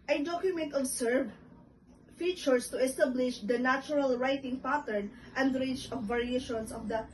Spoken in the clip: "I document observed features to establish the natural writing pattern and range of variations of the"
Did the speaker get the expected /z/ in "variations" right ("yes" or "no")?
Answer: no